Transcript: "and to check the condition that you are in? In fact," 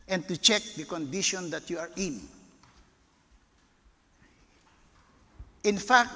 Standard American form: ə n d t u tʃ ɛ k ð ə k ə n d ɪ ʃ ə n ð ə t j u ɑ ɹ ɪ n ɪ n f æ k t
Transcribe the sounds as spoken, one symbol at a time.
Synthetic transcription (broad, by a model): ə n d t u tʃ ɛ k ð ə k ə n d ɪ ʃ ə n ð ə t j u ɑ ɹ ɪ n ɪ n f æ k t